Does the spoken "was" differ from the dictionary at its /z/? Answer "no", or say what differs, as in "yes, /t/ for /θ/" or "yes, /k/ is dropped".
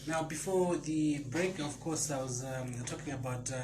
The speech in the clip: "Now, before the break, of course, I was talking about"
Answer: no